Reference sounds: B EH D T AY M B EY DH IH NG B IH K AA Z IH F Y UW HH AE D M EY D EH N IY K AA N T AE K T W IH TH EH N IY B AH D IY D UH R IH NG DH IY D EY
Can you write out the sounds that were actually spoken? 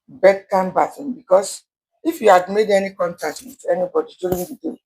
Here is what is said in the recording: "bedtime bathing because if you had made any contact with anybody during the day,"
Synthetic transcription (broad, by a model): B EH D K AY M B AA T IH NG B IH K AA S IH F Y UW HH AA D M EY D EH N IY K AA N T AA K T W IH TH EH N IY B AH D IY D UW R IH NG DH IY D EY